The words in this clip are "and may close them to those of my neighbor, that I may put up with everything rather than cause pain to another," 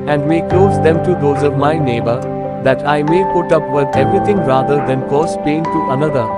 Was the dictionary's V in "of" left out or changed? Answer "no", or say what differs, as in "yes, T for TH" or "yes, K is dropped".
no